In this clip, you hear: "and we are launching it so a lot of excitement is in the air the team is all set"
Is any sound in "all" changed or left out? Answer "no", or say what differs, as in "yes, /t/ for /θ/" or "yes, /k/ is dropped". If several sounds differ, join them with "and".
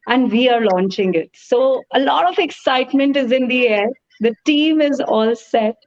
no